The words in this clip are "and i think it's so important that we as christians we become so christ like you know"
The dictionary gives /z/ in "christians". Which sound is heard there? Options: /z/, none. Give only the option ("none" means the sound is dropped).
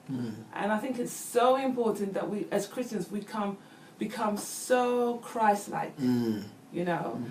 /z/